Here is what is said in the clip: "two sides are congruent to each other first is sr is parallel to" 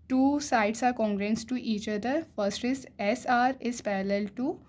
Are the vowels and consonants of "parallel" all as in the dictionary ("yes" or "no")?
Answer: yes